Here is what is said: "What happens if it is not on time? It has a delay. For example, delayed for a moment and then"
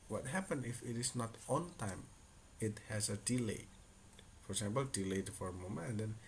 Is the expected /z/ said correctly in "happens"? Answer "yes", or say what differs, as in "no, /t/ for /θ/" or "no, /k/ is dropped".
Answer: no, /z/ is dropped